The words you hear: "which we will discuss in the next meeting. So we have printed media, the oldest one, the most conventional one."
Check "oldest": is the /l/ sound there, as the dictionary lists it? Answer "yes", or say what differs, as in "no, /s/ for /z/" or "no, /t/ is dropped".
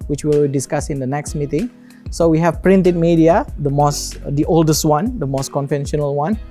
yes